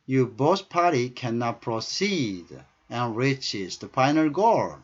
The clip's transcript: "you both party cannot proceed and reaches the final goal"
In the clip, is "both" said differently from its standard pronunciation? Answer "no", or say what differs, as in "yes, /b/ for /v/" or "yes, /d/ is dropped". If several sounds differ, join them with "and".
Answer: yes, /s/ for /θ/